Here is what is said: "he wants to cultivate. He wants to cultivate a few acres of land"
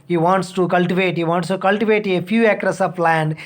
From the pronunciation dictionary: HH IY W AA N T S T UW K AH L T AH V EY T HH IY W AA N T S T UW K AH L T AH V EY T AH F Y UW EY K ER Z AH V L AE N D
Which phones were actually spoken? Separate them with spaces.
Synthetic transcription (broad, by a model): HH IY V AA N T S T UW K AH L T AH V EY T HH IY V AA N T S T UW K AH L T AH V EY T AH F Y UW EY K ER S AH P L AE N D